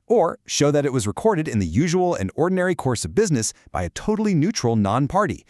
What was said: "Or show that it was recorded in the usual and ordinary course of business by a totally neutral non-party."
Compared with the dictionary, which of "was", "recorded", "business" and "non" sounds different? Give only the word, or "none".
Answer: none